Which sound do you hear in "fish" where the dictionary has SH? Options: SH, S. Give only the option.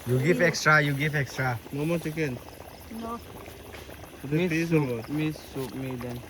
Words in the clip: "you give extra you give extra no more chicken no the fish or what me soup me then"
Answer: S